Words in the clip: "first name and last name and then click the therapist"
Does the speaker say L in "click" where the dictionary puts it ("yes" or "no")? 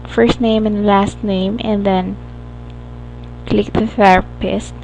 yes